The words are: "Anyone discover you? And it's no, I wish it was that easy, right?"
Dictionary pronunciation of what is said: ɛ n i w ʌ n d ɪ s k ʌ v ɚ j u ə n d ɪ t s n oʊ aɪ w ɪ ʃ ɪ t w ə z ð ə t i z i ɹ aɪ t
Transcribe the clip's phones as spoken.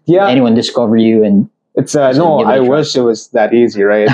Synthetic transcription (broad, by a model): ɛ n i w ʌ n d ɪ s k ʌ v ɚ j u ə n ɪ t s n oʊ aɪ w ɪ ʃ ɪ t w ə z ð ə t i z i ɹ aɪ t